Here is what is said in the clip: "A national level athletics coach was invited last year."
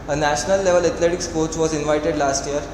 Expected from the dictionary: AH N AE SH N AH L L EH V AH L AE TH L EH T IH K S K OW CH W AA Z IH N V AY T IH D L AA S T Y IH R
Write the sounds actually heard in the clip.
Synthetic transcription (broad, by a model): AH N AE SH N AH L L EH V AH L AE T L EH T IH K S K OW CH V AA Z IH N V AY T IH D L AA S T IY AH R